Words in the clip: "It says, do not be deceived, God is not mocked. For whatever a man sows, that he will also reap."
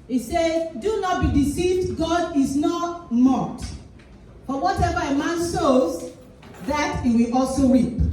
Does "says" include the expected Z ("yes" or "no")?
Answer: no